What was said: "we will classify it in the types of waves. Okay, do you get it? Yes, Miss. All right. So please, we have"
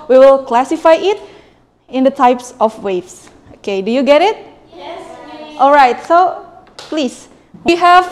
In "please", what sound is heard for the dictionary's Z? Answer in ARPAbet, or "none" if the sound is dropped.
S